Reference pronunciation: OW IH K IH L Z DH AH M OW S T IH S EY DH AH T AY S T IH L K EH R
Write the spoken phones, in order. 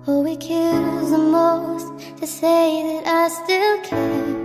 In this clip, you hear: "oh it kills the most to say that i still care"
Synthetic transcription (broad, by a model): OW IH K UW Z DH AH M OW S T IH S EY DH AH T AY S T IH L K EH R